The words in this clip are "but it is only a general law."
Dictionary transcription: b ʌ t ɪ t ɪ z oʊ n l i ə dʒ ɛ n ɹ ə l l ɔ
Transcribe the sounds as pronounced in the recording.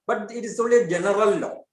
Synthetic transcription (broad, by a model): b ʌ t ɪ t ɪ s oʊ l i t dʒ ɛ n ɹ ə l l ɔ